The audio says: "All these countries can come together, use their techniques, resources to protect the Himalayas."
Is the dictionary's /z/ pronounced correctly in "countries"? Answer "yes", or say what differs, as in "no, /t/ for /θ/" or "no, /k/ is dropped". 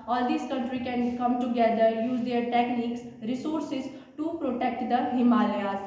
no, /z/ is dropped